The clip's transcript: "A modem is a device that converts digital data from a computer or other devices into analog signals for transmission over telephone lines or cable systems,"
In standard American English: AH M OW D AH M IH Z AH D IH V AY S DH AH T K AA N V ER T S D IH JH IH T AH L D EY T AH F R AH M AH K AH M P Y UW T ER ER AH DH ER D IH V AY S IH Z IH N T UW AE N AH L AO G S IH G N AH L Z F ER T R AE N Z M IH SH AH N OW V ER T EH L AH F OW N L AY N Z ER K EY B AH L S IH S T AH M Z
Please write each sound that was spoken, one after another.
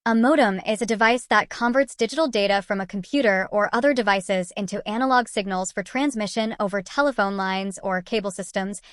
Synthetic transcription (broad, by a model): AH M OW D AH M IH Z AH D IH V AY S DH AH T K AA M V ER T S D IH JH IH T L D EY T AH F R AH M AH K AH M P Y UW T ER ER AH DH ER D IH V AY S IH Z IH N T UW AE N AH L AO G S IH G N L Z F ER T R AE N Z M IH SH AH N OW V ER T EH L AH F OW N L AY N Z ER K EY B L S IH S T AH M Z